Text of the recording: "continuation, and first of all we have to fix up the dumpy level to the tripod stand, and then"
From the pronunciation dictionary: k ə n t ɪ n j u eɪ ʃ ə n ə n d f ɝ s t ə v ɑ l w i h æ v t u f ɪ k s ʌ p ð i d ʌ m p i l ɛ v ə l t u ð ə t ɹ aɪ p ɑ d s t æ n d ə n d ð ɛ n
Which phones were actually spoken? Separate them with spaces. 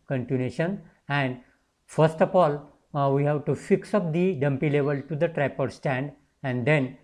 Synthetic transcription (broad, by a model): k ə n t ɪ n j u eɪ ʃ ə n ə n d f ɝ s t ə f ɑ l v i h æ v t u f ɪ k s ʌ p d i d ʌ m p i l ɛ v ə l t u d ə t ɹ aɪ p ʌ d s t æ n d ə n d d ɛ n